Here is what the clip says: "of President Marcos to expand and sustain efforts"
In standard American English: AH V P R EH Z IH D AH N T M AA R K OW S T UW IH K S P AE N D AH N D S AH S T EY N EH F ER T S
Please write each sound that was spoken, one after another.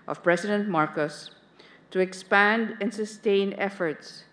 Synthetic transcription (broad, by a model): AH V P R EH S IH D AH N T M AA R K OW S T UW IH K S P AE N D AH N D S AH S T EY N EH F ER T S